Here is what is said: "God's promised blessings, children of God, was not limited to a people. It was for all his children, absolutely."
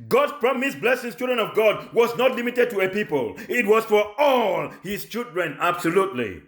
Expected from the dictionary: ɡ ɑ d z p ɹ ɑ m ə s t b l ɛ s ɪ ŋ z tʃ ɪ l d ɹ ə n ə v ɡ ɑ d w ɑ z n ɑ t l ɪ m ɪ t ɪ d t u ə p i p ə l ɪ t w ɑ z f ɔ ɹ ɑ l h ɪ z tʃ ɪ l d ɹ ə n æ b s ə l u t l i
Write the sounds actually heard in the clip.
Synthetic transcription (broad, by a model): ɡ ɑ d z p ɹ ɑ m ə s b l ɛ s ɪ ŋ tʃ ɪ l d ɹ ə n ə v ɡ ɑ d w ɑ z n ɑ t l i m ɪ t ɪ d t u ə p i p ə l ɪ t w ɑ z f ɔ ɹ ɑ l h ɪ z tʃ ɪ l d ɹ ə n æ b s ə l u t l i